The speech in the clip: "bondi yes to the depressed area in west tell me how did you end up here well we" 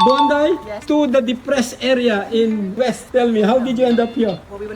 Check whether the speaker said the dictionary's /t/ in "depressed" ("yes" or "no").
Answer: no